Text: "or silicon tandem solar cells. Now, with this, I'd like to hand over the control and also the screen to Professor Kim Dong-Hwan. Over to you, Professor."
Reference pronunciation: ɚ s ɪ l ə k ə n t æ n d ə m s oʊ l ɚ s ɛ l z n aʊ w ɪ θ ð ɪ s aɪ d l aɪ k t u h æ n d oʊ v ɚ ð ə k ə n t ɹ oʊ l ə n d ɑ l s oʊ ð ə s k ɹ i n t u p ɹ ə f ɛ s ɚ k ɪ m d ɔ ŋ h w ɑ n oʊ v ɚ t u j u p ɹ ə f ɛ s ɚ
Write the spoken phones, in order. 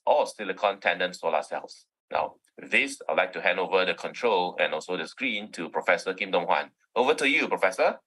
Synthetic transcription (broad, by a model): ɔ s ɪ l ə k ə n t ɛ n d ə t s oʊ l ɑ s ɛ l s n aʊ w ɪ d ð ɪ s aɪ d l aɪ k t u h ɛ n d oʊ v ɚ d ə k ə n t ɹ oʊ l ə n ɑ l s oʊ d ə s k ɹ i n t u p ɹ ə f ɛ s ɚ k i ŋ d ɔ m h w ɑ n oʊ v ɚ t u j u p ɹ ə f ɛ s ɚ